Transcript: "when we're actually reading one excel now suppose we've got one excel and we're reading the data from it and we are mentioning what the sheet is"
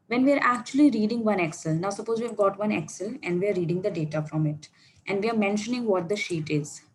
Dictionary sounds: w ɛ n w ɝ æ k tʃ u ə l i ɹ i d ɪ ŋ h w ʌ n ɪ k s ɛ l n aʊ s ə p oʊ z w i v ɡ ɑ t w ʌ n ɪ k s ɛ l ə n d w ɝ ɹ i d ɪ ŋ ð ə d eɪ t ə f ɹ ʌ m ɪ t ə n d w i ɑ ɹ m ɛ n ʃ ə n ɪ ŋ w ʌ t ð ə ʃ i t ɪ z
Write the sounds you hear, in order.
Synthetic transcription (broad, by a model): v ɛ n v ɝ æ k tʃ u ə l i ɹ i d ɪ ŋ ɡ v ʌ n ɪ k s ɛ l n aʊ s ə p oʊ z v i v ɡ ɑ t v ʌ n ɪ k s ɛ l ə n d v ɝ ɹ i d ɪ ŋ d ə d eɪ t ə f ɹ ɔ m ɪ t ə n d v i ɑ ɹ m ɛ n ʃ ə n ɪ ŋ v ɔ t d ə ʃ i t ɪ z